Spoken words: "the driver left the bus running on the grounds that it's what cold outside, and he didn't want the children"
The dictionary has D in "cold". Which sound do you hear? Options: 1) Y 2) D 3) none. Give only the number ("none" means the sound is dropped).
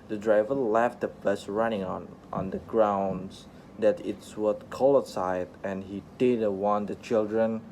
3